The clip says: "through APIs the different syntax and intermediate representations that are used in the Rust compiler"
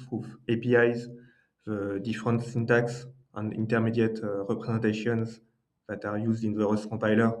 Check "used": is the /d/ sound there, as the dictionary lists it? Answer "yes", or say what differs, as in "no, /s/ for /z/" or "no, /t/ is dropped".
yes